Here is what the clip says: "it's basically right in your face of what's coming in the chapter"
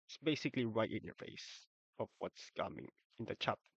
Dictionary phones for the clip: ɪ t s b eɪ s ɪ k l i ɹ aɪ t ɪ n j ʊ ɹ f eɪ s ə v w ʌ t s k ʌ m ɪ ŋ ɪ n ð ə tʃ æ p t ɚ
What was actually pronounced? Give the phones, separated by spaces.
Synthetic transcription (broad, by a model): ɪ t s b eɪ s ɪ k l i ɹ aɪ t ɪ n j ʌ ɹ f eɪ s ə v w ʌ t s k ʌ m ɪ ŋ ɪ n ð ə tʃ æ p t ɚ